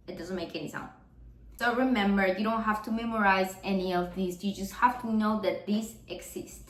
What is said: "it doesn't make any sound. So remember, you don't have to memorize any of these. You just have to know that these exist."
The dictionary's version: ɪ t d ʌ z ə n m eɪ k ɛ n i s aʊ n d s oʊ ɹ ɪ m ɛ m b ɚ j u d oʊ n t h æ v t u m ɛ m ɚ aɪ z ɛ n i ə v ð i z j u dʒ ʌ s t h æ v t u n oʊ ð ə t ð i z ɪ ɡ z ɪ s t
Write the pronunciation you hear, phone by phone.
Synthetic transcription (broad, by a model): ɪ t d ʌ z ə n m eɪ k ɛ n i s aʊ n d s oʊ ɹ ɪ m ɛ m b ɚ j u d oʊ n t h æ f t u m ɛ m ɚ aɪ z ɛ n i ə v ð i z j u dʒ ʌ s t h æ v t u n oʊ ð ə t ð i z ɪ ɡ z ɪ s t